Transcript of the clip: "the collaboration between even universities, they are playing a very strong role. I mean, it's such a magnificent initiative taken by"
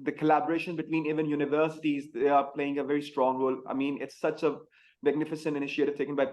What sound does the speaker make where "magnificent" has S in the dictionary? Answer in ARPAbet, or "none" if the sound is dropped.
S